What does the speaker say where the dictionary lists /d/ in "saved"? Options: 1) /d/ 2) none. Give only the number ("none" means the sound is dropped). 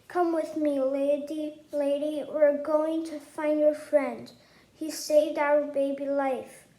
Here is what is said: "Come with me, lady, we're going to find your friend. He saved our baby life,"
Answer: 1